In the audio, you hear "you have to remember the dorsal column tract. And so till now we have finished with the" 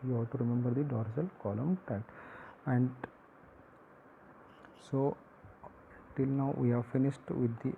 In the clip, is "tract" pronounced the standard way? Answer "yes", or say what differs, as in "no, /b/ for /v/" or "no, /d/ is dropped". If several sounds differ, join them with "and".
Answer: no, /ɹ/ is dropped and /k/ is dropped